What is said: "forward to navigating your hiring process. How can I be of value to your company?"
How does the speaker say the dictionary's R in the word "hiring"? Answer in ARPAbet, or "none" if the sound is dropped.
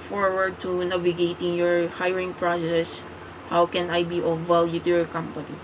R